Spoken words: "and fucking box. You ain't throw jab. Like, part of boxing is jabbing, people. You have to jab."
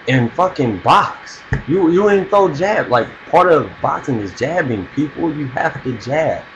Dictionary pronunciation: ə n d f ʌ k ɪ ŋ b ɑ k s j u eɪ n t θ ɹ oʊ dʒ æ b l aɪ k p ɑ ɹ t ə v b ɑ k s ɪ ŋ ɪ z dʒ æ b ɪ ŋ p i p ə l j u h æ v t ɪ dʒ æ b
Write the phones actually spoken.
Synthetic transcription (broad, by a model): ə n f ʌ k ɪ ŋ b ɑ k s j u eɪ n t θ oʊ dʒ æ b l aɪ k p ɑ ɹ t ə v b ɑ k s ɪ ŋ ɪ z dʒ æ b ɪ ŋ p i p l j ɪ h æ f t ɪ dʒ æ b